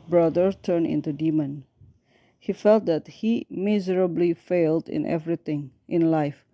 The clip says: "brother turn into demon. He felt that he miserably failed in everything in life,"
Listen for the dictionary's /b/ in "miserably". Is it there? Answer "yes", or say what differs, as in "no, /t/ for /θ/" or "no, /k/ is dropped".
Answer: yes